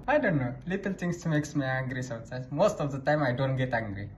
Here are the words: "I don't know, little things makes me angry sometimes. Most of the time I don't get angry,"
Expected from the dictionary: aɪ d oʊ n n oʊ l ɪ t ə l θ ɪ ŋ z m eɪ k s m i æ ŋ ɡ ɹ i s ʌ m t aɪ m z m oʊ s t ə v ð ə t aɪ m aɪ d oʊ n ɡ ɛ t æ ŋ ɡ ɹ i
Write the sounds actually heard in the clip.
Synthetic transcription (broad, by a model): aɪ d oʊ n n oʊ l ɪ t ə l t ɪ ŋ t m eɪ k s m i æ ŋ ɡ ɹ i s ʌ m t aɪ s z m oʊ s t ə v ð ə t aɪ m aɪ d oʊ n ɡ ɛ t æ ŋ ɡ ɹ i